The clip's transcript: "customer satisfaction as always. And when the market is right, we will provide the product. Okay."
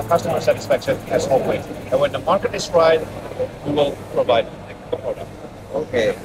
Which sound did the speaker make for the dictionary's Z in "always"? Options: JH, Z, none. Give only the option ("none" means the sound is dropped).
none